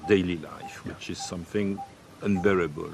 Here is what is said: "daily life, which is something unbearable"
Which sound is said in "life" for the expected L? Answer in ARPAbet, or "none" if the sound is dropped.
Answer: L